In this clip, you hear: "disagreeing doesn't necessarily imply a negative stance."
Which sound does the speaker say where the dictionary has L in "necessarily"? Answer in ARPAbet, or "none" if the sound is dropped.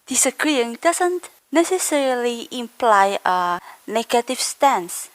L